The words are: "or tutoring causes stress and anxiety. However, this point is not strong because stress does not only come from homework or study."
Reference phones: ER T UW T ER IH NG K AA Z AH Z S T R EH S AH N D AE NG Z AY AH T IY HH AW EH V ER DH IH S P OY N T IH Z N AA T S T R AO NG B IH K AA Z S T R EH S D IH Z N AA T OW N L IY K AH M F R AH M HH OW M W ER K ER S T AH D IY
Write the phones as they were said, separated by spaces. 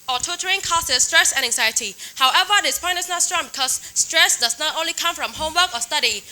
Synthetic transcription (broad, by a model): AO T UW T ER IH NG K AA S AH S T R EH S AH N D AE NG Z AY AH T IY HH AW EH V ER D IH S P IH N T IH S N AA T S T R AO NG B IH K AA S T R EH S D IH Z N AA T OW N L IY K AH M F R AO M HH OW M W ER K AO S T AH D IY